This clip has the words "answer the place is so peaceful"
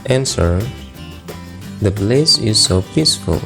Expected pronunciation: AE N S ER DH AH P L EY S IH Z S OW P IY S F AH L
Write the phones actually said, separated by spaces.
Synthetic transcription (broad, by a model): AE N S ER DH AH B L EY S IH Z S OW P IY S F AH L